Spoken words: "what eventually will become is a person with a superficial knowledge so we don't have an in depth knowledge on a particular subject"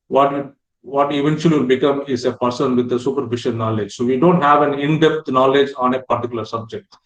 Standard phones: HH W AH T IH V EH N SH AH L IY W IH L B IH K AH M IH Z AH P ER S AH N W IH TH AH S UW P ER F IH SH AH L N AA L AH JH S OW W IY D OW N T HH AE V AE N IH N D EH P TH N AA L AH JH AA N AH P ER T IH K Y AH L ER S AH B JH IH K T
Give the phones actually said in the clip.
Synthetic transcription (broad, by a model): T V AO T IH V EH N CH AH L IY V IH L B IH K AH M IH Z AH P ER S AH N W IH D AH S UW P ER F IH SH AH N N AA L AH JH S OW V IY D OW N T HH AE V AE N IH N D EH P T N AA L AH JH AA N AH P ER T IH K Y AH L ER S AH B JH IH K T